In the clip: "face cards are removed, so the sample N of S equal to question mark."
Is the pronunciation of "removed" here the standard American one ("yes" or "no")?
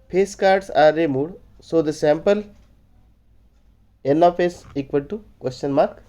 no